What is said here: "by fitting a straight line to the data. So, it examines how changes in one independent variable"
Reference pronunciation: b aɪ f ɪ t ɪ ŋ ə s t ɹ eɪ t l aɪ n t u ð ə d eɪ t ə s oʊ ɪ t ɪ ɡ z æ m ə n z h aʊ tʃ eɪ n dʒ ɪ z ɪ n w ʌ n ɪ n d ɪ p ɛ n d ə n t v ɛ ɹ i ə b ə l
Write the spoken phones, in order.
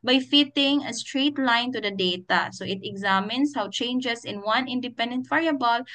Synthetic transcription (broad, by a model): b aɪ f ɪ t ɪ ŋ ə s t ɹ eɪ t l aɪ n t u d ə d eɪ t ə s oʊ ɪ t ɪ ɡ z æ m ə n s h aʊ tʃ eɪ n dʒ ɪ s ɪ n w ʌ n ɪ n d ɪ p ɛ n d ə n t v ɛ ɹ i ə b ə l